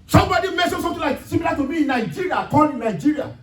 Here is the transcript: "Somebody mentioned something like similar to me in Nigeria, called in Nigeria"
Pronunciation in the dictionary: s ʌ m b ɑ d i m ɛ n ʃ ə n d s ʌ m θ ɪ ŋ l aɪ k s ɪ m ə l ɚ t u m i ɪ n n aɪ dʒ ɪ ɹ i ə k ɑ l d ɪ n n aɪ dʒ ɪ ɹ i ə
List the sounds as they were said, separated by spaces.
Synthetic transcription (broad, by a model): s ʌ m b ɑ d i m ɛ ʃ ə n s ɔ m t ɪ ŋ l aɪ k s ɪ m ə l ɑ t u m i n n aɪ dʒ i ɹ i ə k ɑ d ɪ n n aɪ dʒ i ɹ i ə